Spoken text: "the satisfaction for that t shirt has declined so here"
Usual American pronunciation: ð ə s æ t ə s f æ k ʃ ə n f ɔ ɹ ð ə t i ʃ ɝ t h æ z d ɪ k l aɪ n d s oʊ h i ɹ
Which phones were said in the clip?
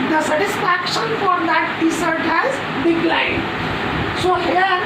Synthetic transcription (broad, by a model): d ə s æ t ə s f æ k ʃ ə n f ɔ ɹ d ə t i s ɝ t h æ z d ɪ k l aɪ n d s oʊ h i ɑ